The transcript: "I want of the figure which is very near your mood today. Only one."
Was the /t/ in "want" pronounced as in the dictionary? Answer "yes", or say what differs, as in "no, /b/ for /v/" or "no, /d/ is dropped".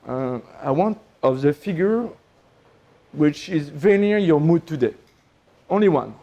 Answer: yes